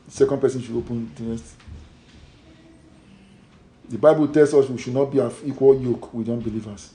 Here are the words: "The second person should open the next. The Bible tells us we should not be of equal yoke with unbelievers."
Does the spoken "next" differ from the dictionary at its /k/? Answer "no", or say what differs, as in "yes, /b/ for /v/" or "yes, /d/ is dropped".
yes, /k/ is dropped